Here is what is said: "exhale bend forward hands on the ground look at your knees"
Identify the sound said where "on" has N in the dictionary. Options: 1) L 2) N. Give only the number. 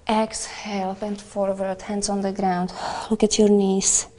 2